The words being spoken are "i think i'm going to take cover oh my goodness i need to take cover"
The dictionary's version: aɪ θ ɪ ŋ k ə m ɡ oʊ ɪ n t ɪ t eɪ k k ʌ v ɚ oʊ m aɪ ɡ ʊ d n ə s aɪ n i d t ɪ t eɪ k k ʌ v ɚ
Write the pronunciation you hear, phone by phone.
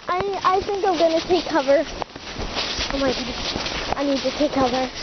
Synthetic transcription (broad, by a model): aɪ θ ɪ ŋ k ə m ɡ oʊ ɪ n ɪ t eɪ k k ʌ v ɚ oʊ m aɪ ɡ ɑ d ə ɪ n i d t ɪ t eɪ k k ʌ v ɚ